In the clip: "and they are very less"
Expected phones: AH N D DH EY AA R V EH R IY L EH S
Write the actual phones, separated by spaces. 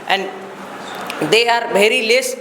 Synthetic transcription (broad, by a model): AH N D EY AA R B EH R IY L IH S